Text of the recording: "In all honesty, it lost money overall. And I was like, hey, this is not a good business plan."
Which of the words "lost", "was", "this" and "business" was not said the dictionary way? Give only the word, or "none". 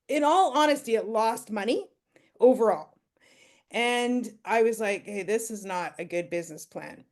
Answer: none